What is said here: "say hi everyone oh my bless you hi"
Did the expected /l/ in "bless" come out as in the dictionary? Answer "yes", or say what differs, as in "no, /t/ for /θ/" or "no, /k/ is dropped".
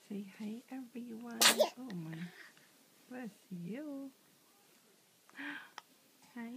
no, /l/ is dropped